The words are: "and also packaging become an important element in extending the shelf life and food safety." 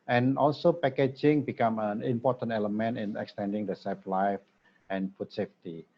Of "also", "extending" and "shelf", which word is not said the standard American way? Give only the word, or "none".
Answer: shelf